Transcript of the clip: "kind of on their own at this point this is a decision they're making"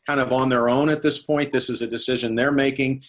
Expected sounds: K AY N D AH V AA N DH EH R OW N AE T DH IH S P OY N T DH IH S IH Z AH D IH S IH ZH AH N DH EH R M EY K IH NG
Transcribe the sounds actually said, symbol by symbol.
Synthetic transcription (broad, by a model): AY N D AH V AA N DH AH R OW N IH T DH IH S P OY N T DH IH S IH Z AH D IH S IH ZH AH N DH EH R M EY K IH NG